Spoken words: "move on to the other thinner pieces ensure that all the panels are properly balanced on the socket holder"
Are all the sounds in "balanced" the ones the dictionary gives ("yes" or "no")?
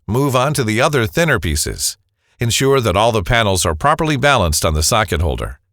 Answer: yes